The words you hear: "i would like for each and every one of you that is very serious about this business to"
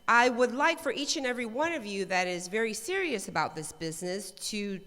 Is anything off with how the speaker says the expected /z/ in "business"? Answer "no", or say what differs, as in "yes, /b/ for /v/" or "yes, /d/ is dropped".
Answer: no